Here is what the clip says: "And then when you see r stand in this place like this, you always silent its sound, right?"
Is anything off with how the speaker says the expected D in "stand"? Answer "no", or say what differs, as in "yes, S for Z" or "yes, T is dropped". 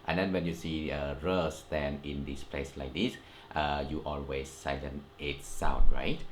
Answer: yes, D is dropped